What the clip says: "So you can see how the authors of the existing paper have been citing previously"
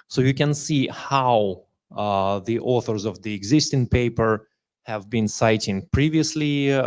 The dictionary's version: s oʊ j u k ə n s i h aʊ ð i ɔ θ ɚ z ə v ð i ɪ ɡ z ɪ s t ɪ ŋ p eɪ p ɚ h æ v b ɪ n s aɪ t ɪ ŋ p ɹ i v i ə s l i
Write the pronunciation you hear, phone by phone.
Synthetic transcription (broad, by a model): s oʊ j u k ə n s i h aʊ ð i ɔ θ ɚ z ə v ð i ɪ ɡ z ɪ s t ɪ ŋ p eɪ p ɚ h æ v b ɪ n s aɪ t ɪ ŋ p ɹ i v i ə s l i